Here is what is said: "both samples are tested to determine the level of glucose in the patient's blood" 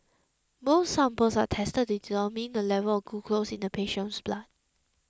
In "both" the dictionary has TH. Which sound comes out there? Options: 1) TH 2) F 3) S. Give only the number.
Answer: 3